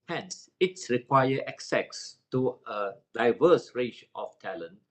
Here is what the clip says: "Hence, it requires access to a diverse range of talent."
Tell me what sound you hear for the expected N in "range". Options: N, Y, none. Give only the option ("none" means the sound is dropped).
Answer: none